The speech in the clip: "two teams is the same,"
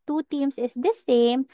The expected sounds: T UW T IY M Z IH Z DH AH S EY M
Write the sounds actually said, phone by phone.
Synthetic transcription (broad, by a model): T UW T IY M S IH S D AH S EY M